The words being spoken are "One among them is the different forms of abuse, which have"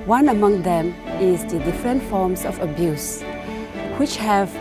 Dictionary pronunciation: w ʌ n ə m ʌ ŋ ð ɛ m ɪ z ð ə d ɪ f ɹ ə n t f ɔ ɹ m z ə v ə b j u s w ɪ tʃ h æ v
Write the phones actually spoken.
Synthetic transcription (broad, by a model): w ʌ n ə m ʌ ŋ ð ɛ m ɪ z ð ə d ɪ f ɹ ə n t f ɔ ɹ m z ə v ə b j u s w ɪ tʃ h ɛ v